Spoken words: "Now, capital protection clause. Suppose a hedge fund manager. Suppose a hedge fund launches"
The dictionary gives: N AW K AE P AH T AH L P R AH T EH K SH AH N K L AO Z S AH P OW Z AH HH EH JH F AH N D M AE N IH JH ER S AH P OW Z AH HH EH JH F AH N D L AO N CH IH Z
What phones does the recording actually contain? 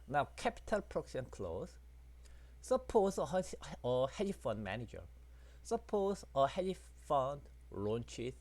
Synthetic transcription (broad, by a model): N AW K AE P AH T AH L P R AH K S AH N K L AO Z S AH P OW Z AH HH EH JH F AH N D M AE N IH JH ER S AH P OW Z AH HH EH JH F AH N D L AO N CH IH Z